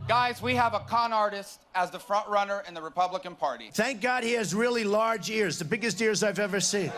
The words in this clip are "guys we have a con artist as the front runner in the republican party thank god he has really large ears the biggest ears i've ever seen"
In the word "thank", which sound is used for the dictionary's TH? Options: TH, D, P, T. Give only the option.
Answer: TH